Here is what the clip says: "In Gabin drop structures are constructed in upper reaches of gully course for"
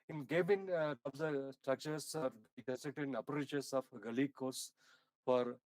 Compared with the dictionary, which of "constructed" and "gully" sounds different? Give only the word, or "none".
constructed